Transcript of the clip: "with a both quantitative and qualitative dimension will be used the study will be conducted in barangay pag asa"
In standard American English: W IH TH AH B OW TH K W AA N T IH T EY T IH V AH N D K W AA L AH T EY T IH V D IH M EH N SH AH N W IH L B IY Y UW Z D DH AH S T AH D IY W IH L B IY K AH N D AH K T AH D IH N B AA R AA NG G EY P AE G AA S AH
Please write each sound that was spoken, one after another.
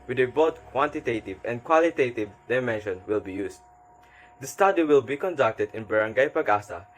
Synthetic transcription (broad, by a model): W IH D AH B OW T K W AA N T IH T EY T IH V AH N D K W AA L AH T EY T IH V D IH M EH N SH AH N W IH L B IY Y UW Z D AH S T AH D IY W IH L B IY K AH N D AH K T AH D IH N B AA R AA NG G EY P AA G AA S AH